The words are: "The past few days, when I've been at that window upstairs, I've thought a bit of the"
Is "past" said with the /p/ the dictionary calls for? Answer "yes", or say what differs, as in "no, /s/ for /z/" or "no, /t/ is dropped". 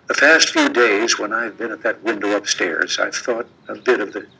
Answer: no, /f/ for /p/